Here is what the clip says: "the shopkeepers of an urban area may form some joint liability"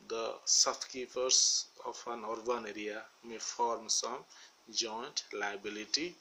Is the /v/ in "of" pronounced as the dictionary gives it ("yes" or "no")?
no